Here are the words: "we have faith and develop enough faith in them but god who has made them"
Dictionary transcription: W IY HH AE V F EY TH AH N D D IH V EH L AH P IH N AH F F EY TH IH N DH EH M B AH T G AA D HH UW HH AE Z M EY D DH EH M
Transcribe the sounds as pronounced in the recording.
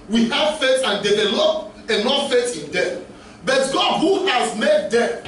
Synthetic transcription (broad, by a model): W IY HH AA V F EY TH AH N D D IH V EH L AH IH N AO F F EY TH IH N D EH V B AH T G AA D HH UW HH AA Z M EY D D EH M